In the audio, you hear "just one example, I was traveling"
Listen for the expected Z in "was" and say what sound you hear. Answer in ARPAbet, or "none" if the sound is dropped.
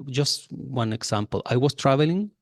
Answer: S